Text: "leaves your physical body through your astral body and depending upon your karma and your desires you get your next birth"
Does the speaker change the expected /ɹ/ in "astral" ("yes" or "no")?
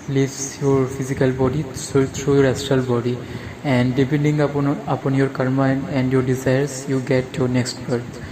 yes